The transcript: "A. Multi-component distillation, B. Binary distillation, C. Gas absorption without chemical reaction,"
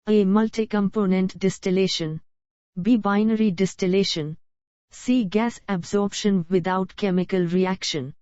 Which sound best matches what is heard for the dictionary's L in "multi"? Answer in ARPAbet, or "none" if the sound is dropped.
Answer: L